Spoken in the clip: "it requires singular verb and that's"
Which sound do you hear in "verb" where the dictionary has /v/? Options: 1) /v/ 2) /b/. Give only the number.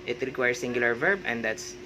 1